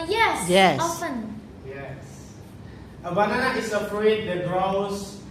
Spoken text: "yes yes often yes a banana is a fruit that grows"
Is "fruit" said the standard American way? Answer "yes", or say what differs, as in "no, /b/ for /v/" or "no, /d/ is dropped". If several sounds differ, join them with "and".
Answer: no, /p/ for /f/